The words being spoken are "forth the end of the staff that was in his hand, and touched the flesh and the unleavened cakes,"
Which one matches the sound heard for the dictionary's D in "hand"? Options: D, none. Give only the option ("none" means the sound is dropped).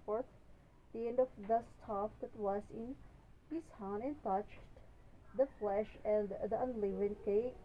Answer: none